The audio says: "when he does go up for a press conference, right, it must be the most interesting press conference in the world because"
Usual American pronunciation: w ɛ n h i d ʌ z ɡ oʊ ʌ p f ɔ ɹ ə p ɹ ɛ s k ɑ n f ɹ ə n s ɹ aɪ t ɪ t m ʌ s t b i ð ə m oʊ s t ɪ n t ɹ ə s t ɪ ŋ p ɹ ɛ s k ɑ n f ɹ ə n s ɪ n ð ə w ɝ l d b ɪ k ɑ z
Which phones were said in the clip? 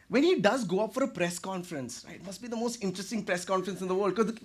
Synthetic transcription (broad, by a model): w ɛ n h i d ʌ z ɡ oʊ ʌ p f ɔ ɹ ə p ɹ ɛ s k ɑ n f ɹ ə n s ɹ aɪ ɪ t m ʌ s t b i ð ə m oʊ s t ɪ n t ɹ ə s t ɪ ŋ p ɹ ɛ s k ɑ n f ɹ ə n s ɪ n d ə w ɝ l d k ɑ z